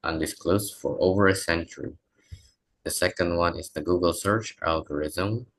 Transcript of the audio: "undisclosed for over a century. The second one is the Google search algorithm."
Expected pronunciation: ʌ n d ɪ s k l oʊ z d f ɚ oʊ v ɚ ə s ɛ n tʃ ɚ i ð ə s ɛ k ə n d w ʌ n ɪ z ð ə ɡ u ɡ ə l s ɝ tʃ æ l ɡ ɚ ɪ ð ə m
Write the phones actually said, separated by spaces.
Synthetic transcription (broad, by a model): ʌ n d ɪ s k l oʊ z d f ɚ oʊ v ɚ ə s ɛ n tʃ ɚ i ð ə s ɛ k ə n d w ʌ n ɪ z ð ə ɡ u ɡ ə l s ɝ tʃ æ l ɡ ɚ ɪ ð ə m